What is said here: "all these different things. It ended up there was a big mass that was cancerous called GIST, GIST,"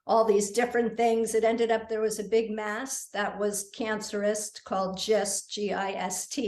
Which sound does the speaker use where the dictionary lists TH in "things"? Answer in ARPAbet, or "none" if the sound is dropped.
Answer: TH